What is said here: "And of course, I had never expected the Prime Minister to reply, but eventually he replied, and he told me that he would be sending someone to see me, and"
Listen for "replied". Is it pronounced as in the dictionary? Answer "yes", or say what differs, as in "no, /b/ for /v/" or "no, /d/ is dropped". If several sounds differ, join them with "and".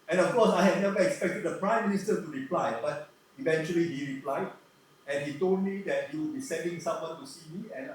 yes